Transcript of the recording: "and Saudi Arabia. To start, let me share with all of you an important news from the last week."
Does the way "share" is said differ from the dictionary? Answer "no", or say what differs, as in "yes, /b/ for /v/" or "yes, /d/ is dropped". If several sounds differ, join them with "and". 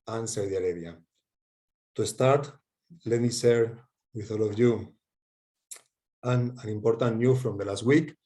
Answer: yes, /s/ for /ʃ/